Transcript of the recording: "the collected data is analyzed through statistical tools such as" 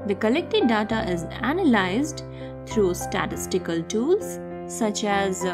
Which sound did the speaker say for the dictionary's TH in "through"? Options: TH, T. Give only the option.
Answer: T